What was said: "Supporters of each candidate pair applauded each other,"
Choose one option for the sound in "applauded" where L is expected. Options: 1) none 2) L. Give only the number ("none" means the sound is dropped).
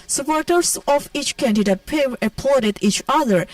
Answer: 1